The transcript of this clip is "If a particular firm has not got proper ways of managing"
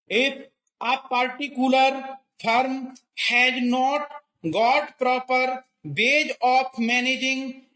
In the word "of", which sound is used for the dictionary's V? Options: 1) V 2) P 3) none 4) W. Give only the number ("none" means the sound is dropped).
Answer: 2